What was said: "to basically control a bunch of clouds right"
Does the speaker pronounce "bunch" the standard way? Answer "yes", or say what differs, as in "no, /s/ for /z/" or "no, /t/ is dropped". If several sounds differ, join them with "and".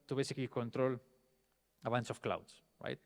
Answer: no, /s/ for /tʃ/